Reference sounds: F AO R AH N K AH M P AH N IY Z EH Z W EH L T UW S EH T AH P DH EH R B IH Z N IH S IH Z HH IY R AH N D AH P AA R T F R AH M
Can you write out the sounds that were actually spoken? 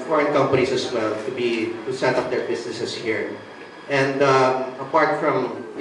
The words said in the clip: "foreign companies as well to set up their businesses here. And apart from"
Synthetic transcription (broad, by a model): F AO R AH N K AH M P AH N IY S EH S W EH L T UW S EH T AH P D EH R B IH S N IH S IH S HH IY R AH N D AH P AA R T F R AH M